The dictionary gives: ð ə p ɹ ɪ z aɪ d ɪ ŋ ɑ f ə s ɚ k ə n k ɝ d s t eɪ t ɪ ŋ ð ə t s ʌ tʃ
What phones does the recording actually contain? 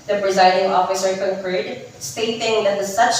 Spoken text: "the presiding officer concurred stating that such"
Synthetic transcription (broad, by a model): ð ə p ɹ ɪ z aɪ d ɪ ŋ ɑ f ə s ɚ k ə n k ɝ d s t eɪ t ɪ ŋ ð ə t s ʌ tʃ